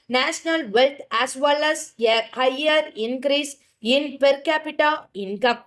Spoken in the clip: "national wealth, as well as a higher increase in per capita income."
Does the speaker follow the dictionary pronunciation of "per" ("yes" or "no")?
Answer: yes